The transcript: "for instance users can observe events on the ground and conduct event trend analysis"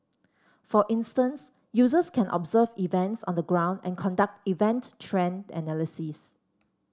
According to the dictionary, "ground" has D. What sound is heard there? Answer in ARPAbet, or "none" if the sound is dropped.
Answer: D